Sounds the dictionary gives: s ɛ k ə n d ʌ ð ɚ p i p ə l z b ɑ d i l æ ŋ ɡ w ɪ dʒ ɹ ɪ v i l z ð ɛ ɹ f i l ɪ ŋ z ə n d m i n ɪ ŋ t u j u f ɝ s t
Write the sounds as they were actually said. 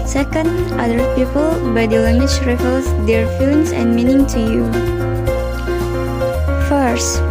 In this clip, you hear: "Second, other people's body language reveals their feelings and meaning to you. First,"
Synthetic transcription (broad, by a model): s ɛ k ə n d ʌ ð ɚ p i p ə l b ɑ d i l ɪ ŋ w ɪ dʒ ɹ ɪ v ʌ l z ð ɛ ɹ f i l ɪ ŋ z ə n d m i n ɪ ŋ t u j u f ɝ s t